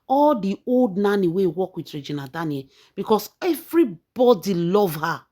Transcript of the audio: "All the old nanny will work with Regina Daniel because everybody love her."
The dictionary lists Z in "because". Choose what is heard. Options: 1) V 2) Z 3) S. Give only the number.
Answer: 3